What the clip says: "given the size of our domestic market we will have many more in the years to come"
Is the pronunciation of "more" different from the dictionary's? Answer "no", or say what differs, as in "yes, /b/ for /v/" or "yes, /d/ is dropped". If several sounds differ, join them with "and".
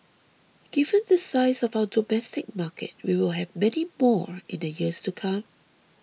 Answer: no